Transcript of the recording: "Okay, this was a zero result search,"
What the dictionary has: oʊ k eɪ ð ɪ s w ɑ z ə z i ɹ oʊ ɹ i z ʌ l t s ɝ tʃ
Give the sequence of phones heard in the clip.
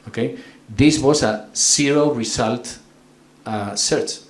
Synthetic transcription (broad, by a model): oʊ k eɪ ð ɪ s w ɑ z ə s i ɹ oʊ ɹ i s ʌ l t s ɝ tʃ